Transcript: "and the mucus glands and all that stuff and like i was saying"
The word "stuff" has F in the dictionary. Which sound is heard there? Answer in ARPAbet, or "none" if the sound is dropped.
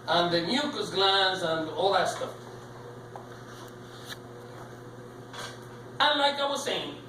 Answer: none